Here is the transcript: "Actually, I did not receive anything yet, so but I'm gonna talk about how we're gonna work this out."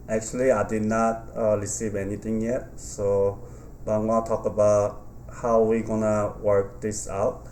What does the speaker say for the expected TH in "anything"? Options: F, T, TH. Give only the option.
T